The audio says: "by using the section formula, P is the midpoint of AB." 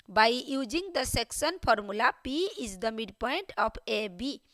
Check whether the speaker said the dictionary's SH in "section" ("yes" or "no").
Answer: no